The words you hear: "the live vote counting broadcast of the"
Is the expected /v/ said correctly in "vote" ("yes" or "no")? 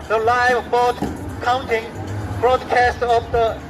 no